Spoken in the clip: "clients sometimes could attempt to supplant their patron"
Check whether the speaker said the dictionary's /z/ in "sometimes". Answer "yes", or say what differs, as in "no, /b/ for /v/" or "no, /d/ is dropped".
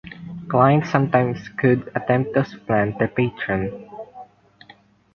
no, /s/ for /z/